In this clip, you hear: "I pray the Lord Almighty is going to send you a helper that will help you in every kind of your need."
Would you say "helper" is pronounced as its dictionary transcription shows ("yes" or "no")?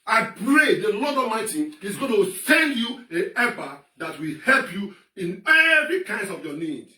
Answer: no